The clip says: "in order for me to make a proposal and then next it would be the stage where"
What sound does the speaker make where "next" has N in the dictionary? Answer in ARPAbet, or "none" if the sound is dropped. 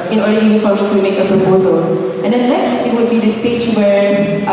L